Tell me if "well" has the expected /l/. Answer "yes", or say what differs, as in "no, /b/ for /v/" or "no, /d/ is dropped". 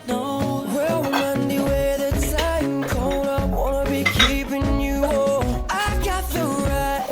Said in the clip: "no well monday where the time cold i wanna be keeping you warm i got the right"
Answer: no, /w/ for /l/